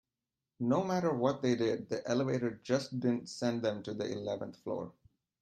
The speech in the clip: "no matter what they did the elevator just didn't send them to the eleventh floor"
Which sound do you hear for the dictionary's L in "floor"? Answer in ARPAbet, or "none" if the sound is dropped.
L